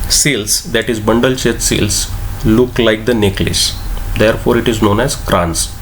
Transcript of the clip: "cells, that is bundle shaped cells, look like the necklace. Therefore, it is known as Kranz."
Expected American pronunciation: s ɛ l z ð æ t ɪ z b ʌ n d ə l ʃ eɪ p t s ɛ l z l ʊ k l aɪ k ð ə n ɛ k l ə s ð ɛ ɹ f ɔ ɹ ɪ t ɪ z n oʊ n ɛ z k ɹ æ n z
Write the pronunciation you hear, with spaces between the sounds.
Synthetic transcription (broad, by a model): s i l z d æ t ɪ z b ʌ n d ə l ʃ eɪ t s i l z l ʊ k l aɪ k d ə n ɛ k l ə s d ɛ ɹ f ɔ ɹ ɪ t ɪ z n oʊ n ɛ z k ɹ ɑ n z